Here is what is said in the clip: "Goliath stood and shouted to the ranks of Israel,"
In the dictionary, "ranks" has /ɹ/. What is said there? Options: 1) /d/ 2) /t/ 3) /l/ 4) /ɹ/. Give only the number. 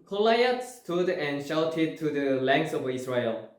3